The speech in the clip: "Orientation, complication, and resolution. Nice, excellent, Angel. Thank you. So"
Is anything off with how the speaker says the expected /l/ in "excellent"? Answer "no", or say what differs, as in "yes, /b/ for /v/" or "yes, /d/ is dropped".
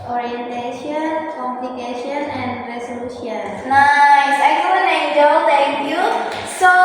yes, /l/ is dropped